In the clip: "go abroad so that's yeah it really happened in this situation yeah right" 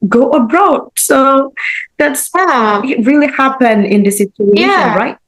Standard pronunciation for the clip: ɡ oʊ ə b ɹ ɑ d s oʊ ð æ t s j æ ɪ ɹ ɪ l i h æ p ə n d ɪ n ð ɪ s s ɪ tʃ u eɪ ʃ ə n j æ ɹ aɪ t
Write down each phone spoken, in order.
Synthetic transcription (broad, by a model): ɡ oʊ ə b ɹ ɑ d s oʊ ð æ t s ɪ ɹ ɪ l i h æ p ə n ɪ n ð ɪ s s ɪ tʃ u eɪ ʃ ə n ɹ aɪ t